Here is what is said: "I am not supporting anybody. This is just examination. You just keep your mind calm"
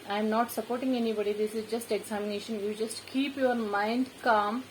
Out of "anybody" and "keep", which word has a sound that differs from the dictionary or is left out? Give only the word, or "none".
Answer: none